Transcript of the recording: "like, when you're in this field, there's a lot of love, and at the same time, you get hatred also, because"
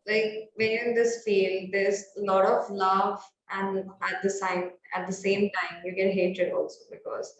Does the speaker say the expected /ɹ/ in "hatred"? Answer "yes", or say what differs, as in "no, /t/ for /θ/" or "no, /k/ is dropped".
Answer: no, /ɹ/ is dropped